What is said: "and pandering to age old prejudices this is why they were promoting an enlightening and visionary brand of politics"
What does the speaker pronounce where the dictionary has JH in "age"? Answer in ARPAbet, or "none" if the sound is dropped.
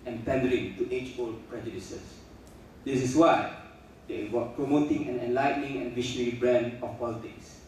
CH